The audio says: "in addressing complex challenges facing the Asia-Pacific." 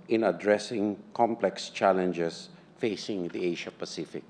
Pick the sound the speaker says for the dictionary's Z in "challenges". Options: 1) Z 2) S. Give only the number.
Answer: 2